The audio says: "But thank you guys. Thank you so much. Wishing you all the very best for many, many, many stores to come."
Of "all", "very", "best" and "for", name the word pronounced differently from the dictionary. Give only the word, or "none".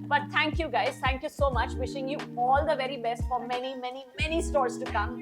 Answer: none